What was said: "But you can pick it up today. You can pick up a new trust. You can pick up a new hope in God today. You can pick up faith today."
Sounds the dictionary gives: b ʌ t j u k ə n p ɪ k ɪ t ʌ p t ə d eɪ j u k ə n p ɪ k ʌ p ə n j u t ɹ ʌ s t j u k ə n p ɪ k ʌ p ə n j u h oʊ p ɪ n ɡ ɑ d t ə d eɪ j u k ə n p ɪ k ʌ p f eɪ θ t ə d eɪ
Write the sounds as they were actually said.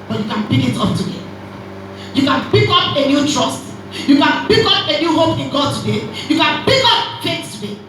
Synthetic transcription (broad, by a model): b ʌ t j u k ə n b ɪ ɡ ɪ t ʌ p t ə d eɪ j u k ə n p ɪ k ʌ p ə n j u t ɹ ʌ s t j u k ə n b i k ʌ p ə n j u h oʊ p ɪ n ɡ ɑ d t ə d eɪ j u k ə n b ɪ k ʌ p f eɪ s t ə d eɪ